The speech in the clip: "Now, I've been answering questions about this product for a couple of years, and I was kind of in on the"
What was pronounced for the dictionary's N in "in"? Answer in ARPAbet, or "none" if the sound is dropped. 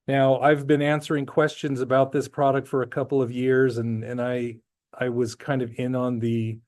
N